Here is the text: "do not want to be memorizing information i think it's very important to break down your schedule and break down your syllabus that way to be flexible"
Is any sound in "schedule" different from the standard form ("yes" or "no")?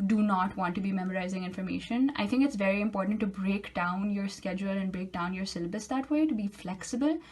no